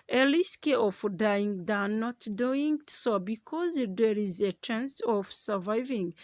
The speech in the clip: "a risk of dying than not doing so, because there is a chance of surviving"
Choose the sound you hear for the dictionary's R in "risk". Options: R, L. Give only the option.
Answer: L